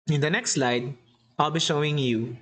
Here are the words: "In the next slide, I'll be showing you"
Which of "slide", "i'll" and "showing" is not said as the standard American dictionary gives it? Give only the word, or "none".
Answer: none